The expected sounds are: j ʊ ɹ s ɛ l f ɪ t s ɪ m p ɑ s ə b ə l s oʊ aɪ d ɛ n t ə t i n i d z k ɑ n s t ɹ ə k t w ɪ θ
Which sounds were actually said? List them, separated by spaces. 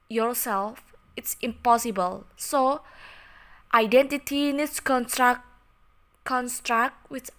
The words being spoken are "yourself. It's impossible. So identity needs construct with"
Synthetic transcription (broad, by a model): j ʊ ɹ s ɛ l f ɪ t s ɪ m p ɑ s ə b ə l s oʊ aɪ d ɛ n t ə t i n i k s k ɑ n s t ɹ ə k t w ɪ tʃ